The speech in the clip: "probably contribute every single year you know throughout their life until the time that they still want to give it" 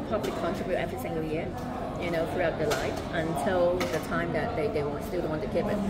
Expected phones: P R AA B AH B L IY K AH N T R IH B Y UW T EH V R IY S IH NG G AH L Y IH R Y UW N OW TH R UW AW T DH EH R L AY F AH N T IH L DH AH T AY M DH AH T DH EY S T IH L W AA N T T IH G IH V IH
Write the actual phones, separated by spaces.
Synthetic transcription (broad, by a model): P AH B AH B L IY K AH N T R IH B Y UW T EH V R IY S IH NG G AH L Y IH R Y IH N OW TH R UW AW T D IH L AY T AH N T IH L DH AH T AY M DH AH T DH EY S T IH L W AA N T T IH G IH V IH